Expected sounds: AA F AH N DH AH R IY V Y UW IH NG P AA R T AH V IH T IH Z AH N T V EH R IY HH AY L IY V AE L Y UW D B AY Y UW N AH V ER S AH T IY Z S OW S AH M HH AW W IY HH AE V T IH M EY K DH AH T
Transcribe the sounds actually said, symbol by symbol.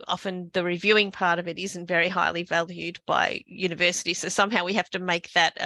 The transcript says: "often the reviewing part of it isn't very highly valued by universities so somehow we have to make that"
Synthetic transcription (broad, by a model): AA F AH N DH AH R IY V Y UW IH NG P AA R T AH V IH T IH Z N T V EH R IY HH AY L IY V AE L Y UW D B AY Y UW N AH V ER S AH T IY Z S OW S AH M HH AW W IY HH AE F T IH M EY K DH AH T